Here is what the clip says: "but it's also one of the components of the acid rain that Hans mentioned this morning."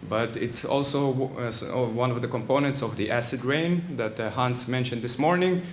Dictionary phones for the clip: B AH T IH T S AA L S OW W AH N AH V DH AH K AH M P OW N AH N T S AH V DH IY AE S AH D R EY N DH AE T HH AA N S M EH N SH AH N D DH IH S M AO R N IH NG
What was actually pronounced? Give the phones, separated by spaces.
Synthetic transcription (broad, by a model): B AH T IH T S AA L S OW W AH N AH V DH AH K AH M P OW N AH N T S AH V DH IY AE S AH D R EY N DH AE T HH AA N S M EH N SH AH N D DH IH S M AO R N IH NG